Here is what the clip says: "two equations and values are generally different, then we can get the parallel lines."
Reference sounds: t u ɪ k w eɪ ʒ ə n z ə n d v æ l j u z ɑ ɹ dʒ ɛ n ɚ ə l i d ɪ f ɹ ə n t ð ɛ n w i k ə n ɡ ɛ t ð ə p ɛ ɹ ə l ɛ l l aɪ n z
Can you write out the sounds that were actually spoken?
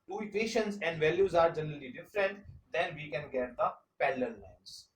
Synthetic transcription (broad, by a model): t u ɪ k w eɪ ʃ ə n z ə n d v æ l j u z ɑ ɹ dʒ ɛ n ɚ ə l i d ɪ f ɹ ə n t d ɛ n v i k ə n ɡ ɛ t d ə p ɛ l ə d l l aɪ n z